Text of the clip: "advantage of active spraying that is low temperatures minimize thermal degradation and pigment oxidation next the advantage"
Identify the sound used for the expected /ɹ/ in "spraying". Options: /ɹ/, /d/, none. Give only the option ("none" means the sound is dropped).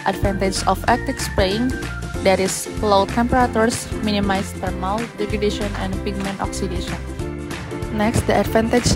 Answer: none